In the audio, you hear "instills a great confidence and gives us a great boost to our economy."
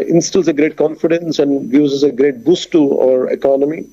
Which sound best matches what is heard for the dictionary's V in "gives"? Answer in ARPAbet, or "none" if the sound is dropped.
none